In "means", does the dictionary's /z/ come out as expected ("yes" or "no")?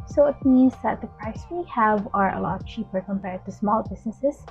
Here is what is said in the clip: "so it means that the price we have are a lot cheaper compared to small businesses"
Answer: yes